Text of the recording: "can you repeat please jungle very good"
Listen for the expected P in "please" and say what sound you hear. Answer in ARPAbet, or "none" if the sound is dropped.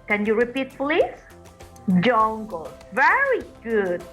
F